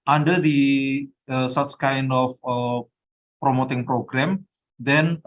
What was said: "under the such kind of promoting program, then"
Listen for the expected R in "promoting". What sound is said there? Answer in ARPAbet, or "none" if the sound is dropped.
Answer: R